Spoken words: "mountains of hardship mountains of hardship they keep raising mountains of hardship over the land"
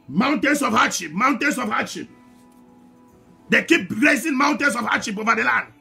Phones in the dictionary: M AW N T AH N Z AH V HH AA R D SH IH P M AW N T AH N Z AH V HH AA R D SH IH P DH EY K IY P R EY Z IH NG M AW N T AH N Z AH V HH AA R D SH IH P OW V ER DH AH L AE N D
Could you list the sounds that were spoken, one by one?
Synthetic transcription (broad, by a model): M AW N T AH N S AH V HH AA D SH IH P M AW N T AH N S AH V HH AA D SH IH P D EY K IY P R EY S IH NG M AW N T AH N S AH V HH AA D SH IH P OW V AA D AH L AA N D